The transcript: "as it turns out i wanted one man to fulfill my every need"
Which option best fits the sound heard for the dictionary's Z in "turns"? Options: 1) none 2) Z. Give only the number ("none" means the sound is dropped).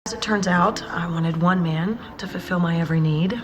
2